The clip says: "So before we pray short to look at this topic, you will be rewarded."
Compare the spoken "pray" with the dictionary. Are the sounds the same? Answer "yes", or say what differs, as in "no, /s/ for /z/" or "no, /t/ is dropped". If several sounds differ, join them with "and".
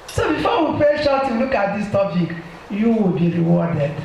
no, /ɹ/ is dropped